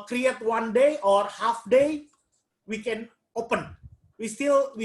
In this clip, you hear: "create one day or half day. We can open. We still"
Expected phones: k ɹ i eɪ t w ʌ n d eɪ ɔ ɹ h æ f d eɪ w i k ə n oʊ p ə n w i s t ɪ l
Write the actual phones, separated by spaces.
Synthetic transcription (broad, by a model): k ɹ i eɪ t w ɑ n d eɪ ɔ ɹ h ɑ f d eɪ w i k ə n oʊ p ə n w i s t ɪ l